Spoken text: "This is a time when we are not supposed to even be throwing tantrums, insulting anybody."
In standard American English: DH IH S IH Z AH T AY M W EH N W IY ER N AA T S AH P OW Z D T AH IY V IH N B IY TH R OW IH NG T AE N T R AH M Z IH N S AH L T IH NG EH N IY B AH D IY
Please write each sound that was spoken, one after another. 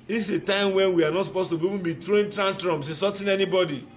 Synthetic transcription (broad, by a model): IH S AH T AY M W EH N W IY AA N AA T S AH P OW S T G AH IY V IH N B IY T R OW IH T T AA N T R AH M S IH S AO T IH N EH N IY B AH D IY